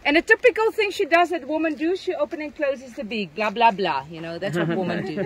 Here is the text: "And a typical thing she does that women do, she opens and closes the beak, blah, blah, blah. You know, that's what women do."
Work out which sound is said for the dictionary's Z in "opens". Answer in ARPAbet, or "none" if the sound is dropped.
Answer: none